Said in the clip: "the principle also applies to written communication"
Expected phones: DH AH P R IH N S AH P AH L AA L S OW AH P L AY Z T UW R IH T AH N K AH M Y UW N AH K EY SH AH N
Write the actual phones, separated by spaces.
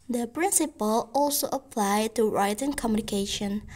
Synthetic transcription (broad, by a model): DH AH P R IH N S AH P AH L AA L S OW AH P L AY T UW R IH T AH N K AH M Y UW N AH K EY SH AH N